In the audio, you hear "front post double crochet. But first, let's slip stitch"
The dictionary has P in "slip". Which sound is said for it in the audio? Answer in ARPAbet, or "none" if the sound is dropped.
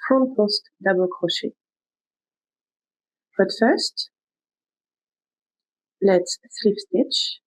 F